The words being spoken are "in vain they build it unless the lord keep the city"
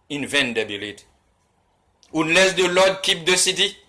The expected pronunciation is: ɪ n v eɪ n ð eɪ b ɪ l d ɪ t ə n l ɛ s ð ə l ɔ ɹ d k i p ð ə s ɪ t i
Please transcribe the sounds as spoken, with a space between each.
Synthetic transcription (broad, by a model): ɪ n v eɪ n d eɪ b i l ɪ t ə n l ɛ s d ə l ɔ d k i p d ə s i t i